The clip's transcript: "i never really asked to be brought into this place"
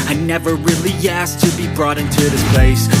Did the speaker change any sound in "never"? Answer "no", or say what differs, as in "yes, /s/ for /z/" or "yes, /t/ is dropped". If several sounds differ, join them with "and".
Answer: no